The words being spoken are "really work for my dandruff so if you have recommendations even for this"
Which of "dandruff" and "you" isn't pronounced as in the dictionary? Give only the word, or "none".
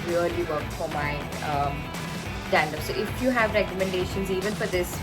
dandruff